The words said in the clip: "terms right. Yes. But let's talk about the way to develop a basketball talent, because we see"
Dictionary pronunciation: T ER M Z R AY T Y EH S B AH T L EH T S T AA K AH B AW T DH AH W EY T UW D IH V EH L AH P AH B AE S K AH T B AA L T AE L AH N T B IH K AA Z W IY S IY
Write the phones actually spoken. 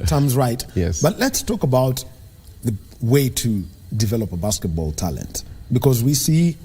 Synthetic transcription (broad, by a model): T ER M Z R AY T Y EH S B AH T L EH T S T AA K AH B AW T DH AH W EY T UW D IH V EH L AH P AH B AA S K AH T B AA L T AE L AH N T B IH K AA Z W IY S IY